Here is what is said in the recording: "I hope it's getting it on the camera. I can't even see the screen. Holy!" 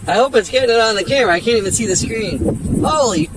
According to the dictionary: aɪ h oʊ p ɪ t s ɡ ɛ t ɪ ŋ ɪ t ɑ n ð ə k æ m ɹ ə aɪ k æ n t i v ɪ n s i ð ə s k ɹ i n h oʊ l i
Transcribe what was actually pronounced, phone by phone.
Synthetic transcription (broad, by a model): aɪ h oʊ p ɪ t s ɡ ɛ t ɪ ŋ ɪ t n ð ə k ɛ ɹ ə aɪ k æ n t i v ɪ n s i ð ə s k ɹ i n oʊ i